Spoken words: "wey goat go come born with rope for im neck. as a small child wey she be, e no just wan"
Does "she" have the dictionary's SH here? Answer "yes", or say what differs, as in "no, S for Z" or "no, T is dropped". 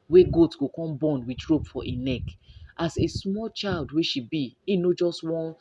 yes